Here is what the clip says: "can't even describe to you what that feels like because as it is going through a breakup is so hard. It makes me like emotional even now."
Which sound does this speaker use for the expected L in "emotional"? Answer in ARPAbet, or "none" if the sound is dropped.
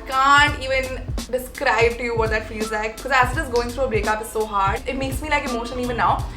N